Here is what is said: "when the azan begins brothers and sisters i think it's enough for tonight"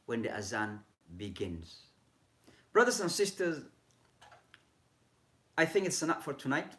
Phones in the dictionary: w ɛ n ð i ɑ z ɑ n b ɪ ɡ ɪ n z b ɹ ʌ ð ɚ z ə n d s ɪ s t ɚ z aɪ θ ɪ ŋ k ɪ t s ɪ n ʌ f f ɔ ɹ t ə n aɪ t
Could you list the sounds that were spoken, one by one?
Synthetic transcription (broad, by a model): w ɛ n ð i ɑ z ɑ n b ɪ ɡ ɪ n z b ɹ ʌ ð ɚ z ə n s ɪ s t ɚ z aɪ θ ɪ ŋ k ɪ t s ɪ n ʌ p f ɔ ɹ t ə n aɪ t